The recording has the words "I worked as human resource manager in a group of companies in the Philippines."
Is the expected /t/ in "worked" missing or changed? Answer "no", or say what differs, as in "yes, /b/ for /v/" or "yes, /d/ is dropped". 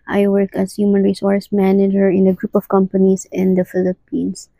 yes, /t/ is dropped